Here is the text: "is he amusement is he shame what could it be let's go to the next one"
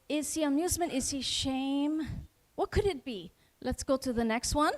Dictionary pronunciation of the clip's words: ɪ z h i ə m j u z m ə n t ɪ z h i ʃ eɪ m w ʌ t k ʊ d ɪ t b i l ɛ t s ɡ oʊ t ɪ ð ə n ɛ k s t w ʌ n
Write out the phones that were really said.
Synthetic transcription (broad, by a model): ɪ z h i ə m j u z m ə n t ɪ z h i ʃ eɪ m w ʌ t k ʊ d ɪ t b i l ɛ t s ɡ oʊ t ɪ ð ə n ɛ k s t w ʌ n